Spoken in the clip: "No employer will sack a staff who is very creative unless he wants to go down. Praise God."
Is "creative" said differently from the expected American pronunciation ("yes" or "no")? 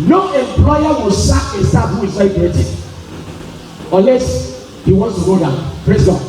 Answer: yes